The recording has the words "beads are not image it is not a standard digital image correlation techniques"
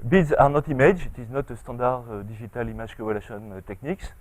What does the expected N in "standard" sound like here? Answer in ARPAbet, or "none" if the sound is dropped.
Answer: none